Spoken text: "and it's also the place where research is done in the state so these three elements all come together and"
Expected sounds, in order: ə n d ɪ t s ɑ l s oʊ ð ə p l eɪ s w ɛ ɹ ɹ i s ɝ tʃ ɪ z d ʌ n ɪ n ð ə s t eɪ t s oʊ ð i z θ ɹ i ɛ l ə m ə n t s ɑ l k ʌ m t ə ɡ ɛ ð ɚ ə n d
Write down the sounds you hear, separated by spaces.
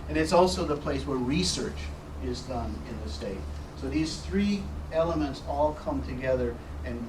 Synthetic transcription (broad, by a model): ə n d ɪ t s ɑ l s oʊ ð ə p l eɪ s w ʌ ɹ ɹ i s ɝ tʃ ɪ z d ʌ n ɪ n ð ə s t eɪ t s oʊ ð i z θ ɹ i ɛ l ə m ə n t s ɑ l k ʌ m t ə ɡ ɛ ð ɚ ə n